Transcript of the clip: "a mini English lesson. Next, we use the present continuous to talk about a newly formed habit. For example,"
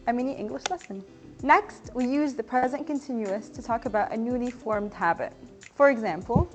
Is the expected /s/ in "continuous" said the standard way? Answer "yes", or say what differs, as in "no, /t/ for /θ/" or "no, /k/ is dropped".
yes